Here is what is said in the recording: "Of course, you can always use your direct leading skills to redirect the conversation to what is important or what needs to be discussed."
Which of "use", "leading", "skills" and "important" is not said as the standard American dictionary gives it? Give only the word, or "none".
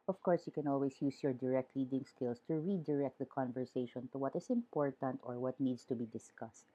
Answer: skills